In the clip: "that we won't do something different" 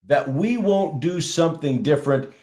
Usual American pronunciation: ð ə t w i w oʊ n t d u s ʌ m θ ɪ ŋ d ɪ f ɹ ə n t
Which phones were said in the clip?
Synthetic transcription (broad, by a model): ð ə t w i w oʊ n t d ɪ s ʌ m θ ɪ ŋ d ɪ f ɹ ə n t